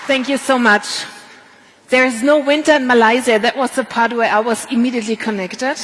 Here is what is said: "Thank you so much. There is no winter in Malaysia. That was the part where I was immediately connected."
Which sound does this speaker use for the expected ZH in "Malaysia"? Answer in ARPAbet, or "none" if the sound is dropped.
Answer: Z